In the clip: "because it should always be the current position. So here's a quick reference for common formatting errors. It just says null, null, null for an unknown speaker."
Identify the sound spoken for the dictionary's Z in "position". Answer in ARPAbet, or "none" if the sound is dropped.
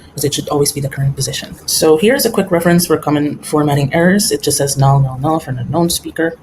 Z